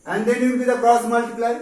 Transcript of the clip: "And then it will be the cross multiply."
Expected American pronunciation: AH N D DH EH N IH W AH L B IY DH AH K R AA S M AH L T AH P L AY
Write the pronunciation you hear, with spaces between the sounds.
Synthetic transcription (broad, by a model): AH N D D IH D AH N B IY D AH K R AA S M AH L T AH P L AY